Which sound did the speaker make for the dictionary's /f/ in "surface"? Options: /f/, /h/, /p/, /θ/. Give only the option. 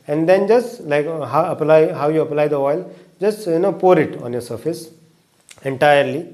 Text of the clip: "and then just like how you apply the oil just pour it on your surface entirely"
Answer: /f/